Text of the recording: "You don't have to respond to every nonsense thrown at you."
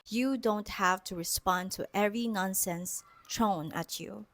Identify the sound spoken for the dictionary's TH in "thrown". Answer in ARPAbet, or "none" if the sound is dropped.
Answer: T